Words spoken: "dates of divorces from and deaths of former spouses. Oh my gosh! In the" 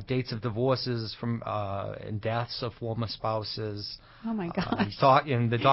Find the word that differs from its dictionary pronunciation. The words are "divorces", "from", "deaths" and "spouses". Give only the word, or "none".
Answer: none